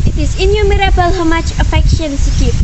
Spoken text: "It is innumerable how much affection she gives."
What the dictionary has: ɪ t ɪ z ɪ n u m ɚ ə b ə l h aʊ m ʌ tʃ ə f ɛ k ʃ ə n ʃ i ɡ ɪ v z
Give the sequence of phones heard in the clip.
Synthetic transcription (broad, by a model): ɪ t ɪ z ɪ n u m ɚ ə b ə l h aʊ m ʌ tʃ ə f ɛ k ʃ ə n s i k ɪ